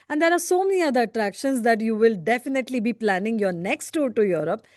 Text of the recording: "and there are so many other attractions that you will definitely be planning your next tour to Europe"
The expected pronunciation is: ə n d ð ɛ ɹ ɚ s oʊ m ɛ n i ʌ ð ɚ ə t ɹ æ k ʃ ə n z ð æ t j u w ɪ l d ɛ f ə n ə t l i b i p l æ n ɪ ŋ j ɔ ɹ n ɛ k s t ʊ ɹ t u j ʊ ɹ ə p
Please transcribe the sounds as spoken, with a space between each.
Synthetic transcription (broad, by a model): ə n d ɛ ɹ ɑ s oʊ m ɛ n i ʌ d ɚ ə t ɹ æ k ʃ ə n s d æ t j u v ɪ l d ɛ f ə n ə t l i b i p l æ n ɪ ŋ j ɔ ɹ n ɛ k s t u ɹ t u j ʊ ɹ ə p